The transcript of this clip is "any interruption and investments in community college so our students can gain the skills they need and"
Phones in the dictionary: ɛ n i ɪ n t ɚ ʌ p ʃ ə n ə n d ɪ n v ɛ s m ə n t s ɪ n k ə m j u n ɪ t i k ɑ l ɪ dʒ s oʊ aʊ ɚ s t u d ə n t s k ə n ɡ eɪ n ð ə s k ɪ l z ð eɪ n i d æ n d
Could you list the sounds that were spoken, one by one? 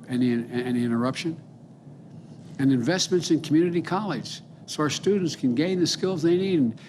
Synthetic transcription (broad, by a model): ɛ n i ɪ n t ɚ ʌ p ʃ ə n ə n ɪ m v ɛ s m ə n t s ɪ n k m j u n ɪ t i k ɑ l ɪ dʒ s oʊ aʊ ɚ s t u d n t s k ə n ɡ eɪ n ð ə s k ɪ l z ð eɪ n i d n